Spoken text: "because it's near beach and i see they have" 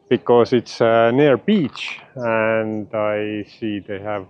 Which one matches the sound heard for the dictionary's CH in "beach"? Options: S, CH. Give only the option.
CH